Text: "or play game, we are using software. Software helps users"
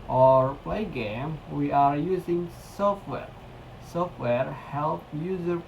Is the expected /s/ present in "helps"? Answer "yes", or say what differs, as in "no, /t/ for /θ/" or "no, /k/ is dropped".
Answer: no, /s/ is dropped